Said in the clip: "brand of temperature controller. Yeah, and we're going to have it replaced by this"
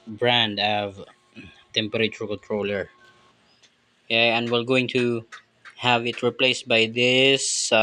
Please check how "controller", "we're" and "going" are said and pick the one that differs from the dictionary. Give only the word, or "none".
we're